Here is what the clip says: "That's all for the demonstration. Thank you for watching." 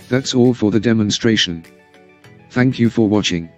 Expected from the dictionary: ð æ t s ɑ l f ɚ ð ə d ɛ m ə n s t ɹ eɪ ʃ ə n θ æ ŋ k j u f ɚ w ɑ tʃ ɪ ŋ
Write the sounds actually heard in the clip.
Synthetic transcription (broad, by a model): ð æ t s ɑ l f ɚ ð ə d ɛ m ə n s t ɹ eɪ ʃ ə n θ æ ŋ k j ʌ f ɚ w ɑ tʃ ɪ ŋ